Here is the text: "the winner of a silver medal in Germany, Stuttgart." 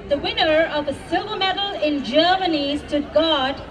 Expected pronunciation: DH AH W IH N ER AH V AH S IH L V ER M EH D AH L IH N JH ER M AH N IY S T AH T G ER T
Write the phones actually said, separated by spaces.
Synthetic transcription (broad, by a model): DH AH W IH N ER AH V AH S IH V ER M EH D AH L IH N JH ER M AH N IY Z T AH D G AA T